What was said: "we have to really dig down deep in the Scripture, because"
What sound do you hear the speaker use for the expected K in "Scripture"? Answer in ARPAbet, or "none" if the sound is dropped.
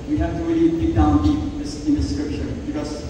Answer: none